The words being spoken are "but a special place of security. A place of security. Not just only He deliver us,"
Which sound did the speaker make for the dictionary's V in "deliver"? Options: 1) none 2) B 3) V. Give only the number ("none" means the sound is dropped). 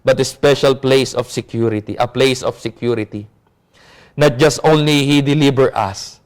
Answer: 2